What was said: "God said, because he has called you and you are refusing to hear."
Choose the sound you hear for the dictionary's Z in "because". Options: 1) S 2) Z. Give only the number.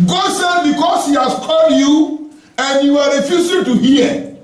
1